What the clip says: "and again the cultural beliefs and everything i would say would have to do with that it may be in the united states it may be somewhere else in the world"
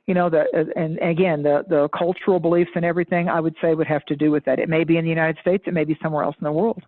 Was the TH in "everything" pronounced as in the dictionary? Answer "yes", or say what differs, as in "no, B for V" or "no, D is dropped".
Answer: yes